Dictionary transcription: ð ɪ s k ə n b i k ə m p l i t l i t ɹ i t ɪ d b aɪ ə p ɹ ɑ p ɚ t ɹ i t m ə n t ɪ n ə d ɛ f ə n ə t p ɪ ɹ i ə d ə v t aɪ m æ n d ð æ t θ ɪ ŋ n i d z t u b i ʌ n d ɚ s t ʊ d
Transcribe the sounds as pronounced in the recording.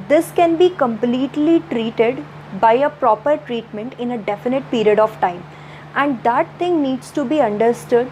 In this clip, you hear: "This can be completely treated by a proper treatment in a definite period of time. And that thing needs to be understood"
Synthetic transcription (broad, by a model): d ɪ s k ə n b i k ə m p l i t l i t ɹ i t ɪ d b aɪ ə p ɹ ɑ p ɚ t ɹ i t m ə n t ɪ n ə d ɛ f ə n ə t p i ɹ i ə d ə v t aɪ m æ n d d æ t t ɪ ŋ n i d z t u b i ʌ n d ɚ s t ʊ d